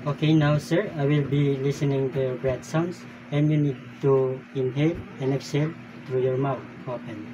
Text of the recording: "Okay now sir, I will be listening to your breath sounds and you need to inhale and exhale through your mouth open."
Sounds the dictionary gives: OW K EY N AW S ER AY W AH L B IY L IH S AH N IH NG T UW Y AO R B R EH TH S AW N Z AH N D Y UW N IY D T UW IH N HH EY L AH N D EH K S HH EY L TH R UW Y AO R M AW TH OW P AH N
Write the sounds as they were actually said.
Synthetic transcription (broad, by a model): OW K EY N AW S ER AY W AH L B IY L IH S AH N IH NG T UW Y AO R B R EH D S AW N S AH N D Y UW N IY D T UW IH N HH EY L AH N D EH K S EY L T R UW Y AO R M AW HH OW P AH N